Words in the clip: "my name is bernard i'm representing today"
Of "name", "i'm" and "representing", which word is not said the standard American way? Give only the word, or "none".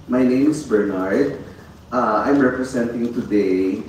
representing